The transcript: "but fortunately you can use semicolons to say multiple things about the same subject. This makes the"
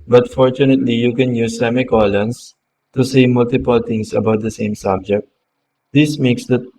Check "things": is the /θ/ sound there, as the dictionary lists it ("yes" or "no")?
no